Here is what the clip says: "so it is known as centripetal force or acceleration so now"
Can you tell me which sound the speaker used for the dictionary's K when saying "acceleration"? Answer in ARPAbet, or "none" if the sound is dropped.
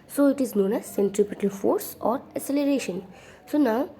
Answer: none